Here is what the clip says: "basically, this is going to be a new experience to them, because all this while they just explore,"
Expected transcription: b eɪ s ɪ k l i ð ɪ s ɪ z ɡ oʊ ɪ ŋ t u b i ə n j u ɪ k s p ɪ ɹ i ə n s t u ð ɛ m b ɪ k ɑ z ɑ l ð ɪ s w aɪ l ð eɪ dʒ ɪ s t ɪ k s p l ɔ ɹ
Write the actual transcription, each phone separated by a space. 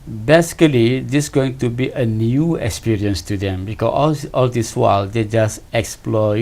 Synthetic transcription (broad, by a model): b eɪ s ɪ k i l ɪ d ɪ s ɡ oʊ ɪ ŋ t u b i ə n j u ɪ k s p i ɹ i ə n s t u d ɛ m b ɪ k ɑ ɑ l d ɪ s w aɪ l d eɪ dʒ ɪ s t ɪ k s p l ɔ